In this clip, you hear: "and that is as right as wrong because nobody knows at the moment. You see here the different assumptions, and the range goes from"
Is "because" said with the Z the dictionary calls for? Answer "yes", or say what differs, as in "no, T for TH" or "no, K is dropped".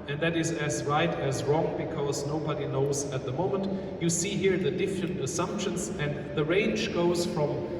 yes